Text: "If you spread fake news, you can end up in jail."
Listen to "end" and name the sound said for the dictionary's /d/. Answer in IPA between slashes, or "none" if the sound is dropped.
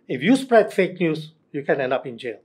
/d/